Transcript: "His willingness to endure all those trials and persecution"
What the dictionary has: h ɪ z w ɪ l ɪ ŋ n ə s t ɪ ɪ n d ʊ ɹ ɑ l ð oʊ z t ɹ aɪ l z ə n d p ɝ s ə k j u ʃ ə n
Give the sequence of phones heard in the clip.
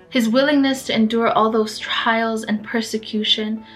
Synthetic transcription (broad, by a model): h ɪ z w ɪ l ɪ ŋ n ə s t ɪ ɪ n d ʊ ɹ ɑ l ð oʊ z t ɹ aɪ l z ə n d p ɝ s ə k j u ʃ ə n